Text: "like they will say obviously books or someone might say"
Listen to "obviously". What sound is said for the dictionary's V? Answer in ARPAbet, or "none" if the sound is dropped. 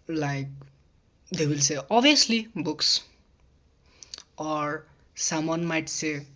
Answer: none